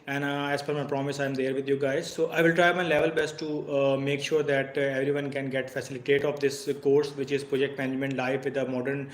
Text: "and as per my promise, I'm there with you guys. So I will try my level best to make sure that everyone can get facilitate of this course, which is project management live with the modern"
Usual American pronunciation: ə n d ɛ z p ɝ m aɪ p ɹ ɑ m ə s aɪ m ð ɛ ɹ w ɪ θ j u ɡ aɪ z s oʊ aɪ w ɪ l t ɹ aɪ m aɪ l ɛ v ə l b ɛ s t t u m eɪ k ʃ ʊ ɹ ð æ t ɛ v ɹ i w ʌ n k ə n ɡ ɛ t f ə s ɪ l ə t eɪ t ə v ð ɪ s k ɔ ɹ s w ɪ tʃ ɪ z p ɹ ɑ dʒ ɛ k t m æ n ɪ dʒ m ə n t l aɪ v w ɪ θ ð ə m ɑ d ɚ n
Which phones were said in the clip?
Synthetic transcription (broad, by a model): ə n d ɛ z f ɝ m aɪ p ɹ ɑ m ə s aɪ m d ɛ ɹ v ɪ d j u ɡ aɪ z s oʊ aɪ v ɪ l t ɹ aɪ m aɪ l ɛ v ə l b ɛ s t t u m eɪ k ʃ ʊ ɹ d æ t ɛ v ɹ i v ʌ n k ə n ɡ ɛ t f ə s ɪ l ə t eɪ t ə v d ɪ s k ɔ ɹ s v ɪ tʃ ɪ z p ɹ ɑ dʒ ɛ k t m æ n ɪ dʒ m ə n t l aɪ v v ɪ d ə m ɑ d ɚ n